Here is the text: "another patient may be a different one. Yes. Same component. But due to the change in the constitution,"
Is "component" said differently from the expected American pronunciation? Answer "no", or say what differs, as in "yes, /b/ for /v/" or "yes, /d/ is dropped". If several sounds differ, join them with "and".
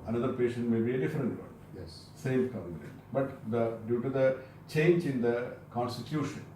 yes, /p/ is dropped